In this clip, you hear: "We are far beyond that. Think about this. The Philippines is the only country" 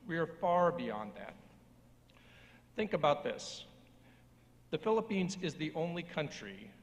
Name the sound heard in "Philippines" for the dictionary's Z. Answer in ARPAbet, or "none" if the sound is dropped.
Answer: Z